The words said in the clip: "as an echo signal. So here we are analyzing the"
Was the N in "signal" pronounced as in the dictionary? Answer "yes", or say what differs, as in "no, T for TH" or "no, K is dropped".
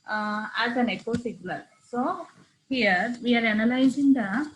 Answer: no, L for N